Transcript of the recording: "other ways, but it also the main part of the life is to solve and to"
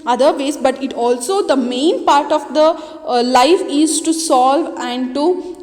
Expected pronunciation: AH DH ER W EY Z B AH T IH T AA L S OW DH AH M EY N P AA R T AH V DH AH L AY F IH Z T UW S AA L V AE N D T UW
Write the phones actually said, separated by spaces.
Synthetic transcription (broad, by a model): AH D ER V EY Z B AH T IH T AA L S OW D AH M EY N P AA R T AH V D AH L AY F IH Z T UW S AA L V AE N D T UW